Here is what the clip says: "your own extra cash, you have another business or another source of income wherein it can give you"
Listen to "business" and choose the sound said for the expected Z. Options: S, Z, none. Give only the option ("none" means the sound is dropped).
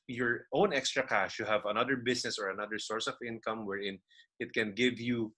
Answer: S